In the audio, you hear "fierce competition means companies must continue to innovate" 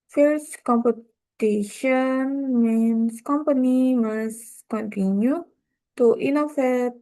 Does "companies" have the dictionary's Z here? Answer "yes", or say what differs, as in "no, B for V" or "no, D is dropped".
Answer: no, Z is dropped